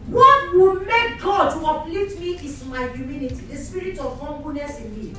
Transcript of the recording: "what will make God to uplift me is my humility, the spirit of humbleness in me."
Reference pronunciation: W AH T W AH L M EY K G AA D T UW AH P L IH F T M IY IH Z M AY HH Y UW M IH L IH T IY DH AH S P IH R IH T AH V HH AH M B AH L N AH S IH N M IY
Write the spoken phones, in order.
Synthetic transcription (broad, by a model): W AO T W AH L M EY K G AA D T UW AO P L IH T M IY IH S M AY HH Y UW M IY N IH T IY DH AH S P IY R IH T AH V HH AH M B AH N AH S IH N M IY